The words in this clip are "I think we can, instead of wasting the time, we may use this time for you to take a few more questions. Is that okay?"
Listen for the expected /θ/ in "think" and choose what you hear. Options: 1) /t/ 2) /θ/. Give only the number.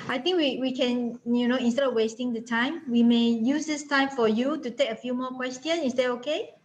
1